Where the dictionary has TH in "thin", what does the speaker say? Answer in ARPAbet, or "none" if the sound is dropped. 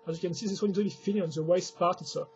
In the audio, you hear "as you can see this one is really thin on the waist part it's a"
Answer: F